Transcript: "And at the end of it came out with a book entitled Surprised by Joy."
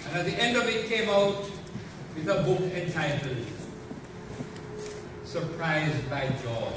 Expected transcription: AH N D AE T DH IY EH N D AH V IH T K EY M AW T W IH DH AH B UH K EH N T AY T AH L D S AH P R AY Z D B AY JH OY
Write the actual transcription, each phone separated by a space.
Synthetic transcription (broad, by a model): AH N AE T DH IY EH N D AH V IH T K EY M AW T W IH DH AH B UH K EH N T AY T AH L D S AH P R AY Z D B AY JH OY